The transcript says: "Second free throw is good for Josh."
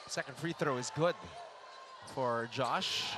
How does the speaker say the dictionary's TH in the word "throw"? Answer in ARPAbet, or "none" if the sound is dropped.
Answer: TH